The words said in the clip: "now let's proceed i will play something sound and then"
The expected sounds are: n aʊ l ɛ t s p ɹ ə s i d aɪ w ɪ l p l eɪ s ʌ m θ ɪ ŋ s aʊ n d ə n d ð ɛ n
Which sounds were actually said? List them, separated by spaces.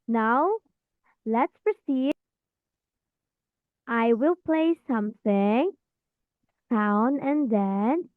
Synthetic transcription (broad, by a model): n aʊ l ɛ t s p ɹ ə s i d aɪ w ɪ l p l eɪ s ʌ m θ ɪ ŋ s aʊ n ə n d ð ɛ n